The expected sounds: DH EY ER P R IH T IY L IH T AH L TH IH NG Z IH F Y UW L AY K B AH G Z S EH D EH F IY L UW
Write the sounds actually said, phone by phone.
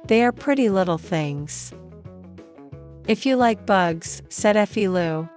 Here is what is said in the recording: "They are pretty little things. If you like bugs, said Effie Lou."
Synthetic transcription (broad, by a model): DH EY ER P R IH T IY L IH T L TH IH NG Z IH F Y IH L AY K B AH G Z S EH D EH F IY L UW